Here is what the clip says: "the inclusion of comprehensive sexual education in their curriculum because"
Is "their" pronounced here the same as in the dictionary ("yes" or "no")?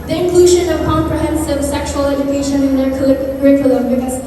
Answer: no